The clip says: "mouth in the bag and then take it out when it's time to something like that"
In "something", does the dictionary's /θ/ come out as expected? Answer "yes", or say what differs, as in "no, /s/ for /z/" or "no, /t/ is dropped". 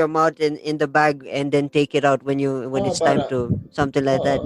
no, /t/ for /θ/